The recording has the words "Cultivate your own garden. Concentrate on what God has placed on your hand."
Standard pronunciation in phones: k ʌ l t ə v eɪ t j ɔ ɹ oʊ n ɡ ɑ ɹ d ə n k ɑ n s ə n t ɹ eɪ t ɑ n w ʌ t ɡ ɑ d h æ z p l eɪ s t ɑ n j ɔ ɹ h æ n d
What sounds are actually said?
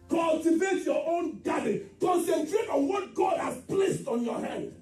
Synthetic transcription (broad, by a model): k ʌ l t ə v eɪ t j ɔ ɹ oʊ n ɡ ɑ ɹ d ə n k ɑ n s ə n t ɹ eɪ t ɑ n w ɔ t ɡ ɑ d h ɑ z p l eɪ s t ɑ n j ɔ h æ n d